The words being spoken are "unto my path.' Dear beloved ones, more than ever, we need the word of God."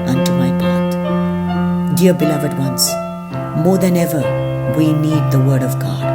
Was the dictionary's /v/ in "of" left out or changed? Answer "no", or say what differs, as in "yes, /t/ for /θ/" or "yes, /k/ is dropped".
no